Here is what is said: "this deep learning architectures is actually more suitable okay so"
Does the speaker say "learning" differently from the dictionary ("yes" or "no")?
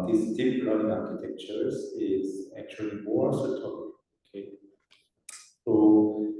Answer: yes